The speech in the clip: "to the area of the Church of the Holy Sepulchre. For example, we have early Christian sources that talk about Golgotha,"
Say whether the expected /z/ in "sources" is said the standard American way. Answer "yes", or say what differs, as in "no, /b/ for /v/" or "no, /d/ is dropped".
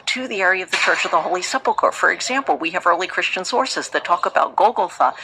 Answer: yes